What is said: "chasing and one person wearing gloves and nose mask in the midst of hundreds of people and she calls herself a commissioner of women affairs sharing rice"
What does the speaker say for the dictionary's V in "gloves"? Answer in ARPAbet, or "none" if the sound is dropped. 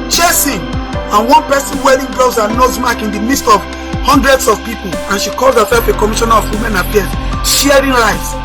none